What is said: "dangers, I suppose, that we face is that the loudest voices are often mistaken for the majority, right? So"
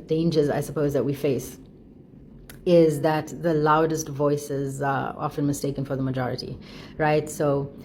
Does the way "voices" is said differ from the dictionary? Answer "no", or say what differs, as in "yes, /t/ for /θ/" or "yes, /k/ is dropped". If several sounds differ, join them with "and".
no